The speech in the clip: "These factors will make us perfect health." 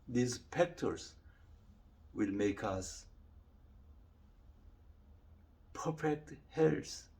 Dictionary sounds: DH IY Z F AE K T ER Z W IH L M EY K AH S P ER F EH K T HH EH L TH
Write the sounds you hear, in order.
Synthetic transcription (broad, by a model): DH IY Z P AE K T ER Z W IH L M EY K AH S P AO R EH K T HH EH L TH